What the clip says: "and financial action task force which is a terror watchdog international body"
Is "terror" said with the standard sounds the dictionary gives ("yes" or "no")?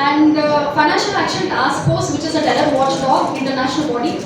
no